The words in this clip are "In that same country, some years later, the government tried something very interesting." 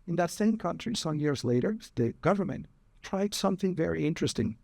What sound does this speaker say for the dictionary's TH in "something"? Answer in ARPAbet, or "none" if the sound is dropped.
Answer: TH